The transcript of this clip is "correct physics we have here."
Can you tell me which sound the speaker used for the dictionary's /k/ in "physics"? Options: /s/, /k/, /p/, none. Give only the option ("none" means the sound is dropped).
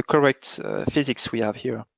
/k/